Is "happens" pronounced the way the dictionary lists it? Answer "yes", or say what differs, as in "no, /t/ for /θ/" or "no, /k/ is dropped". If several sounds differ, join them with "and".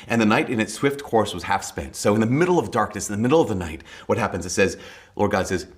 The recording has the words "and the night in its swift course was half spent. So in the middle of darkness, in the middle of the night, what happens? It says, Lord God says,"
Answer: yes